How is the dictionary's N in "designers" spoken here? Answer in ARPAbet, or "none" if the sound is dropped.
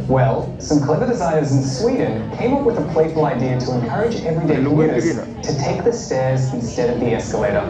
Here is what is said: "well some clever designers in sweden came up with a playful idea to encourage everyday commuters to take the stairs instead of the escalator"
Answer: none